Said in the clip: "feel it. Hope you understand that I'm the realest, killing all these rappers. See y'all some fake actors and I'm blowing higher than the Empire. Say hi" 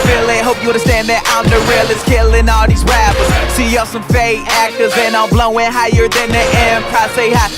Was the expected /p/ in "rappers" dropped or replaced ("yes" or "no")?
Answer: yes